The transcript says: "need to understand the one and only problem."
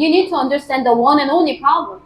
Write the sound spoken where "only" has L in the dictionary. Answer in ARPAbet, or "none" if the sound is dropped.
L